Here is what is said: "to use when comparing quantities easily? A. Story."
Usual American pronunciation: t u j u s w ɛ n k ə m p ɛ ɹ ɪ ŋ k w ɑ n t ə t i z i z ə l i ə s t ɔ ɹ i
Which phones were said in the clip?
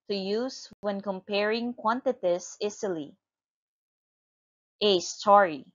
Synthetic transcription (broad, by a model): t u j u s w ɛ n k ə m p ɛ ɹ ɪ ŋ k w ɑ n t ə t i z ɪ s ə l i ə s t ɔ ɹ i